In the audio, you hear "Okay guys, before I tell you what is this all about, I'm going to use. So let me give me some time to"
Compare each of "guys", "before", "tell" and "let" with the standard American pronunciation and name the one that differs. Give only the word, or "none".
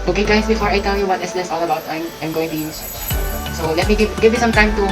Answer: guys